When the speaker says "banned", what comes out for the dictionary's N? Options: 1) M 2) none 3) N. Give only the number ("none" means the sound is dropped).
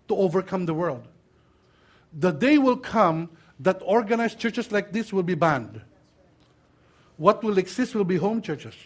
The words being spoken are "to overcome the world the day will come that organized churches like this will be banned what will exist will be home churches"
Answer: 3